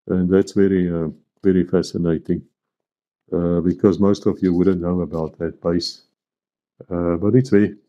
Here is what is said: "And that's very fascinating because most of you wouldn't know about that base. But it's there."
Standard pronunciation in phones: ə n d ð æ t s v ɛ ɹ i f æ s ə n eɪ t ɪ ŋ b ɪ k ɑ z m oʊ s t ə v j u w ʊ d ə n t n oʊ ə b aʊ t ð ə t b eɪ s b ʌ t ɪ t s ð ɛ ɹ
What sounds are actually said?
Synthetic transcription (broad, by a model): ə n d ð æ t s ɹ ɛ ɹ i f æ s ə n eɪ t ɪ ŋ b ɪ k ɑ z m oʊ s t ə v j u w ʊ d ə n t n oʊ ə b aʊ t ð ə t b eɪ s b ʌ t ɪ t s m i